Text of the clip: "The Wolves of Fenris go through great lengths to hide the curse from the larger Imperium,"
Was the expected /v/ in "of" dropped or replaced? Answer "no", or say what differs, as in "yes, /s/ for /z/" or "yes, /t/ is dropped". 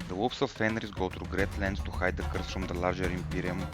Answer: yes, /f/ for /v/